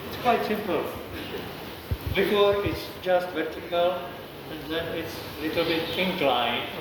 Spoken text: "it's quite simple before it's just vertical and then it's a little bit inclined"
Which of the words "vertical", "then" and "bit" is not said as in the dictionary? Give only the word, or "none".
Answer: none